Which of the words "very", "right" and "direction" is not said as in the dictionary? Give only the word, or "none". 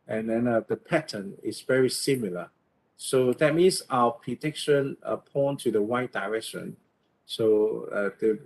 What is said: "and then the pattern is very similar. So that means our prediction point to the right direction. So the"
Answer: right